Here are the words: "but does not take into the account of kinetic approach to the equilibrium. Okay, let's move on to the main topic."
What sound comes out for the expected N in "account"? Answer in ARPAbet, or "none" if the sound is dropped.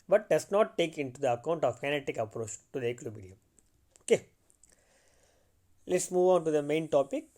N